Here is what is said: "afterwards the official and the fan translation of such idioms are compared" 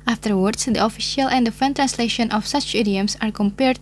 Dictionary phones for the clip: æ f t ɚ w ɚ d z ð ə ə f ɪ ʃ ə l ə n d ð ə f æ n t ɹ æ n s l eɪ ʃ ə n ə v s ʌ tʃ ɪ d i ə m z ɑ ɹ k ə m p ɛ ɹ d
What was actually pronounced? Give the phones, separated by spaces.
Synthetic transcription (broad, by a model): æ f t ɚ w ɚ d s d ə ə f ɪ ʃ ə l ə n d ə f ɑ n t ɹ æ n s l eɪ ʃ ə n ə f s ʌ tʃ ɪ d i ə m s ɑ ɹ k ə m p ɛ ɹ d